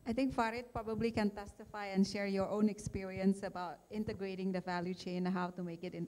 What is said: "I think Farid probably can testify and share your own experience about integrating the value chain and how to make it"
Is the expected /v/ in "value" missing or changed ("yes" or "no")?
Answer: no